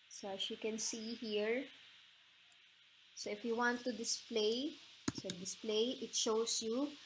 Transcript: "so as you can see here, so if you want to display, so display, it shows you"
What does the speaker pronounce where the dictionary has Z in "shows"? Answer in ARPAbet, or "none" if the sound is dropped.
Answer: S